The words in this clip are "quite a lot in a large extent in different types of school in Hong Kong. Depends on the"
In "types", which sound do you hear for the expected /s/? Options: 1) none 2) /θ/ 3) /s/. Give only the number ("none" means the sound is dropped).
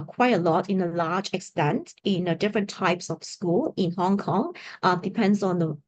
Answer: 3